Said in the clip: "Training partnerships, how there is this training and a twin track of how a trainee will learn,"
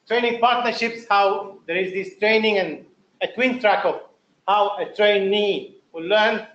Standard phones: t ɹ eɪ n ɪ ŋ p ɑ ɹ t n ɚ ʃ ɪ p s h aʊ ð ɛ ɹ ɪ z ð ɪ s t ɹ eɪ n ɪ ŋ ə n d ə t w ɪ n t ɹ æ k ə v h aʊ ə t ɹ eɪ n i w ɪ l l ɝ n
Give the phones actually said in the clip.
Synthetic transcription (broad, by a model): t ɹ eɪ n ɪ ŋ p ɑ ɹ t n ɚ ʃ ɪ p s h aʊ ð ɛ ɹ ɪ z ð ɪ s t ɹ eɪ n ɪ ŋ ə n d ə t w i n t ɹ æ k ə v h aʊ ə t ɹ eɪ n i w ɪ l l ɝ n